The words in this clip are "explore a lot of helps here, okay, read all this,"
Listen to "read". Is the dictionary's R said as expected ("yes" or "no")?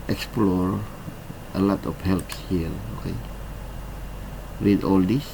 no